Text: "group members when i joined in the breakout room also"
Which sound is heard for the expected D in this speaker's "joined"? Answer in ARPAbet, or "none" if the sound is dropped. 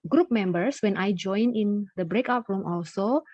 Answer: none